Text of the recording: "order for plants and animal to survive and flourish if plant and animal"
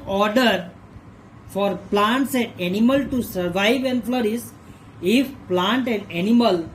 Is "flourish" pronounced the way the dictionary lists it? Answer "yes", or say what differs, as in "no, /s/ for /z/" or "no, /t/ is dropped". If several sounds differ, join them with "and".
no, /s/ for /ʃ/